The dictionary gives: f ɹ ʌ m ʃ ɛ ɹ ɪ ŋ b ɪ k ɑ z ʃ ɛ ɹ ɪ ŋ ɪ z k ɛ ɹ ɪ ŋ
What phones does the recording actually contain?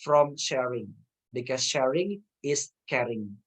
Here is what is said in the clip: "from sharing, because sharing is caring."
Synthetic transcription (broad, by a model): f ɹ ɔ m ʃ ɛ ɹ ɪ ŋ b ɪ k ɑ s ʃ ɛ ɹ ɪ ŋ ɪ s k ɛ ɹ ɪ ŋ